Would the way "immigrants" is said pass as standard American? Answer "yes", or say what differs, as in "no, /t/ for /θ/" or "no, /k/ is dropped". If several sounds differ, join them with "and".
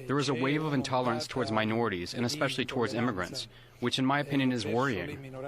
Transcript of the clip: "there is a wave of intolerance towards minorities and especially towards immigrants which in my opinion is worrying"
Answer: yes